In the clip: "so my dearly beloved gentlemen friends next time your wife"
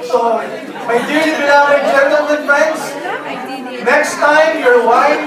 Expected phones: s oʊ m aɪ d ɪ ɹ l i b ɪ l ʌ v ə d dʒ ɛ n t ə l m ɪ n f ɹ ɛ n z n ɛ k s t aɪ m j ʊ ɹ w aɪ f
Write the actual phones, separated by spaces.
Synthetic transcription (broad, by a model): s oʊ m aɪ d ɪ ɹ i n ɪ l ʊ ə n dʒ ɛ n t ə l m ɪ n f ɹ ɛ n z n ɛ k s t aɪ m j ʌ ɹ w aɪ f